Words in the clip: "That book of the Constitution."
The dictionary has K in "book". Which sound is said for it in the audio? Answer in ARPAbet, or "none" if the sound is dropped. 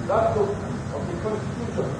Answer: none